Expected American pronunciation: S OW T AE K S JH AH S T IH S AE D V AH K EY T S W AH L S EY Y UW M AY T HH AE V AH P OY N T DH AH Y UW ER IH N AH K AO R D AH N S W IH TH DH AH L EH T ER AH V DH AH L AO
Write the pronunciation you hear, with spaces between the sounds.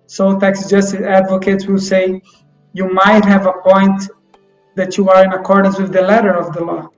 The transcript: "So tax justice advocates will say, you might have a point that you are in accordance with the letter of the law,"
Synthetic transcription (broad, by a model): S OW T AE K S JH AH S T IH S AE D V AH K EY T S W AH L S EY Y UW M AY T HH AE V AH P OY N T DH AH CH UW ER IH N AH K AO R D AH N S W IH DH AH L EH T ER AH V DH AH L AO